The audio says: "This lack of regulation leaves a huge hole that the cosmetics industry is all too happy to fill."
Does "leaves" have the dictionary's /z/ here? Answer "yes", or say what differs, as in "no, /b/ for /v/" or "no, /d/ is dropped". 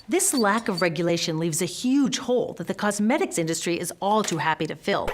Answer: yes